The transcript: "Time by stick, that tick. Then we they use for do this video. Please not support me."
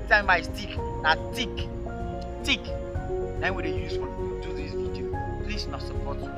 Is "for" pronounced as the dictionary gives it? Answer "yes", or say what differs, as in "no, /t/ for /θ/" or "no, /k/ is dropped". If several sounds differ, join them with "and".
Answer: no, /l/ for /ɹ/